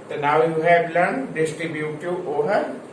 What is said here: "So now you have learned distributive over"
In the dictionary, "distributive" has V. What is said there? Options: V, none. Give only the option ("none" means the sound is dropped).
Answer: none